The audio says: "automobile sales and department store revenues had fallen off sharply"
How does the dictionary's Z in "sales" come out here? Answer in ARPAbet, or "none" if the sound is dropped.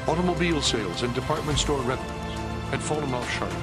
Z